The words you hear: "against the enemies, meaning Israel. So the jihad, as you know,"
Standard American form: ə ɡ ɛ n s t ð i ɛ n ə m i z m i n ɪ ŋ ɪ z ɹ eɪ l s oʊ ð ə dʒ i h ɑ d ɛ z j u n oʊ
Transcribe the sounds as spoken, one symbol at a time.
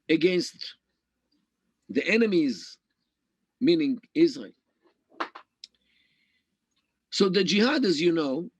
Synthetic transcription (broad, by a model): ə ɡ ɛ n s t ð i ɛ n ə m i z m i n ɪ ŋ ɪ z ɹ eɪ l s oʊ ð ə dʒ i h ɑ d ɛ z j u n oʊ